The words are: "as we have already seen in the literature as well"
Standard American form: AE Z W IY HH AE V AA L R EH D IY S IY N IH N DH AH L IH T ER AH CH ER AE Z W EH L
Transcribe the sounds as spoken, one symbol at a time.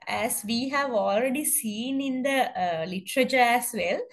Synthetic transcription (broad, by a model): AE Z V IY HH AE V AA L R EH D IY S IY N IH N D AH L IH T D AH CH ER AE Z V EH L